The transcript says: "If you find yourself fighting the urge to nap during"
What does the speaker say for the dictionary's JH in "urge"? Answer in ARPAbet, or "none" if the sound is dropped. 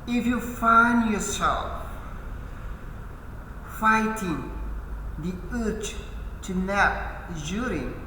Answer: CH